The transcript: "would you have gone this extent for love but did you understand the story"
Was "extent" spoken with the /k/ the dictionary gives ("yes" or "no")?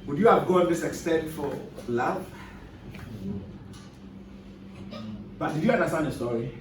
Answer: yes